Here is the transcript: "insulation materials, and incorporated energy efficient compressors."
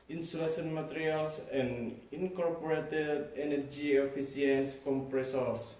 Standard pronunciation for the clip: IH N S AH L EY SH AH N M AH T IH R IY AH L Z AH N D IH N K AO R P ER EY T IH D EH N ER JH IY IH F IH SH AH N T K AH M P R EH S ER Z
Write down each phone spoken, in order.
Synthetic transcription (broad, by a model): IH N S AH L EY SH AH N M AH T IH R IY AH L S AH N D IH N K AO R P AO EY T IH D EH N ER JH IY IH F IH S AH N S K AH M P R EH S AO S